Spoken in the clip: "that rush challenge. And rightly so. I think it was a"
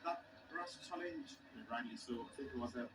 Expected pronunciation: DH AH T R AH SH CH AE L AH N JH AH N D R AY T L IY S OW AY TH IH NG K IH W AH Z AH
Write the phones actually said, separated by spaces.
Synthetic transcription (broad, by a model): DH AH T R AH S CH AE L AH N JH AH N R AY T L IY S OW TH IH K IH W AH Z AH